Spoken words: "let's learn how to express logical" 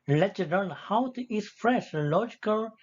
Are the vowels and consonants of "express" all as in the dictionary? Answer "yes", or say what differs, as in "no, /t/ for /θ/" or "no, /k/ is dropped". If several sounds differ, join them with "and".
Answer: no, /k/ is dropped and /f/ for /p/ and /ʃ/ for /s/